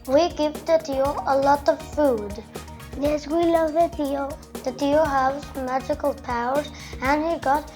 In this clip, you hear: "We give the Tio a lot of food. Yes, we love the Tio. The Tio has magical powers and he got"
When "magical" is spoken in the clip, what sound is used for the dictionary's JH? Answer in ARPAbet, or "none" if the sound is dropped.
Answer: JH